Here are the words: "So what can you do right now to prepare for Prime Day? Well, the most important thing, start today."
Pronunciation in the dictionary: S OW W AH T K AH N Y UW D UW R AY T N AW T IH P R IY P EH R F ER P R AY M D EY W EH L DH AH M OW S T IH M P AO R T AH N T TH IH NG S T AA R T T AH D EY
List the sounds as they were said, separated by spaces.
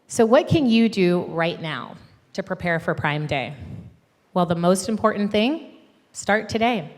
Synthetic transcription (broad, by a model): S OW W AH T K AH N Y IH D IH R AY T N AW T IH P R IY P EH R F ER P R AY M D EY W EH L DH AH M OW S T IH M P AO R T N TH IH NG S T AA R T T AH D EY